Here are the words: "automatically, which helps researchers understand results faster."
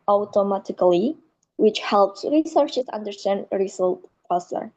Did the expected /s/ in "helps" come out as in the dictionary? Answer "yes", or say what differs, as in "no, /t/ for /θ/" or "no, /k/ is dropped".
yes